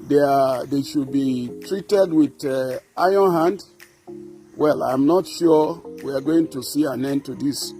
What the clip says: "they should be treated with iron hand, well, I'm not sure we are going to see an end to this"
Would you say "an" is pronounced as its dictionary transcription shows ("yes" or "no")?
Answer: yes